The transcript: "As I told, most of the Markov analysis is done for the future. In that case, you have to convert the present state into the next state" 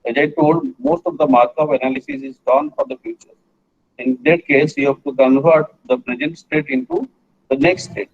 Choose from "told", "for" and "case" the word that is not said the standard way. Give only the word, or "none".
none